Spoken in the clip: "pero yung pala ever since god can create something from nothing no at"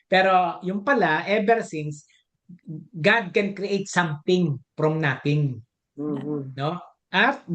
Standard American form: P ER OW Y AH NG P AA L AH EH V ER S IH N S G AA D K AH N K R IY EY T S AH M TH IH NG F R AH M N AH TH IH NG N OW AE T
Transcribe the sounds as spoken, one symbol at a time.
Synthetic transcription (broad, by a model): P ER OW Y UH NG P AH L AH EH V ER S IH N S G AA D K AH N K R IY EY T S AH M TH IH NG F R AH M N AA T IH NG N OW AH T